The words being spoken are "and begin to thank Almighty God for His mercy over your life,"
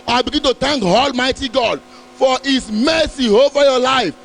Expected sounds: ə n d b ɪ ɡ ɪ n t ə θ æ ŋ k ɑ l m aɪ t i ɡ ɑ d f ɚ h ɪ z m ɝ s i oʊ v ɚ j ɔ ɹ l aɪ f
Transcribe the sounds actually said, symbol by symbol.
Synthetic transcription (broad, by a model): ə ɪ b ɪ ɡ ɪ n t ə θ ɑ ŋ k ɑ l m aɪ t i ɡ ɑ d f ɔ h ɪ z m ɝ s i oʊ v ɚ j ɔ l aɪ f